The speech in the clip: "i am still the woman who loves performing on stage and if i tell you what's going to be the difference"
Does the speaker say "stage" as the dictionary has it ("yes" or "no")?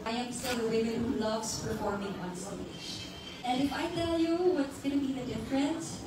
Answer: no